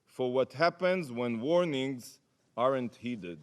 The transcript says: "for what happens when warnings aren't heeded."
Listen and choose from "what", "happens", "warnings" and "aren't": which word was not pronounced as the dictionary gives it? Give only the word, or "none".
none